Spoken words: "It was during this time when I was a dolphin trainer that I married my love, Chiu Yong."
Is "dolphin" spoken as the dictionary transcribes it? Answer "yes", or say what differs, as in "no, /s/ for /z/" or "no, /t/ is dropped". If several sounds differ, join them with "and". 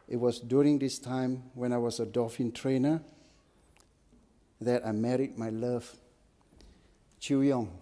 no, /l/ is dropped